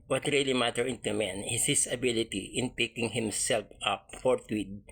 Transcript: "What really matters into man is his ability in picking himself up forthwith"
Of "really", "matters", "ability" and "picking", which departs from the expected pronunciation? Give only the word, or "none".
matters